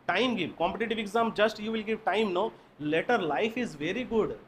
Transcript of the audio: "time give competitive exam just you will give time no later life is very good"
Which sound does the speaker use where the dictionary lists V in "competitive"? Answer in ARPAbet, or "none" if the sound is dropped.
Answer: V